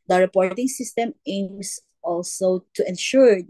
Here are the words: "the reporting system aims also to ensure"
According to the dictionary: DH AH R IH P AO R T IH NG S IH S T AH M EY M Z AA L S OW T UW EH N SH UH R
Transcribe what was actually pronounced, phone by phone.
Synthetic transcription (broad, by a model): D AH R IH P AO R T IH NG S IH S T AH M EY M S AA L S OW T UW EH N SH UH R